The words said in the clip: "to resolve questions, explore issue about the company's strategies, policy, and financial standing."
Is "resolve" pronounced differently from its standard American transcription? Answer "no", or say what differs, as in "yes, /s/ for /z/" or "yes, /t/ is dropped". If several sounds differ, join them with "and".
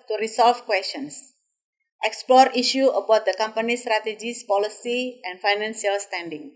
yes, /s/ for /z/ and /f/ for /v/